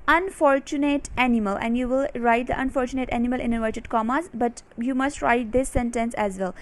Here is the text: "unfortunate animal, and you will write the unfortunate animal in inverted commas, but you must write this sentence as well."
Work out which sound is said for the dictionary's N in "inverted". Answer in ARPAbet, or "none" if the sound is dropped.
none